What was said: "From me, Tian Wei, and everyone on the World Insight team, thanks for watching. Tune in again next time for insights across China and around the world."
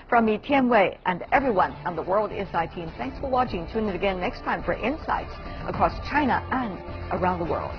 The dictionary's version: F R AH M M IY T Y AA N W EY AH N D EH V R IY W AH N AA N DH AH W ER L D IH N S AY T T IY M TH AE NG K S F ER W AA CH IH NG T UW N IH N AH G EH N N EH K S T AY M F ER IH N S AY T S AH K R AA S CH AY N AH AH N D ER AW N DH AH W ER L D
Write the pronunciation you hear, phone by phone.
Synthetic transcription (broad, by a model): F R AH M M IY T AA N W EY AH N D EH V R IY W AH N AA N DH AH W ER L D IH S AY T T IY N TH AE NG K S F ER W AA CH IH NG T UW N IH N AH G EH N N EH K S T AY M F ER IH N S AY T S AH K R AA S CH AY N AH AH N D ER AW N DH AH W ER L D